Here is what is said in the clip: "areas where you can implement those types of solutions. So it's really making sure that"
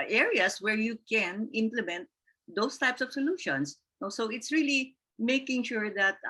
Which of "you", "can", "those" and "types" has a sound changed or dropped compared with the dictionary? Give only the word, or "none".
those